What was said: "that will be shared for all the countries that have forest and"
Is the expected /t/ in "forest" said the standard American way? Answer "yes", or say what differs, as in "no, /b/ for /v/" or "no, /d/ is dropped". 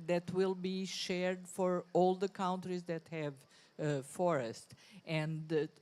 yes